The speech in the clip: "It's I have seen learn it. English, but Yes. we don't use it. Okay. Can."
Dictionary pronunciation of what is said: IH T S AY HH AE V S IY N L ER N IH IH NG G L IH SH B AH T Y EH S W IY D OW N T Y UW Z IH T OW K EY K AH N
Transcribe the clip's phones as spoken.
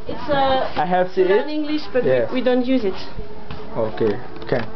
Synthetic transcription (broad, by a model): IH T S AY HH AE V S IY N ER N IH IH NG G L IH SH B AH T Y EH W IY D OW N T Y UW Z IH T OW K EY K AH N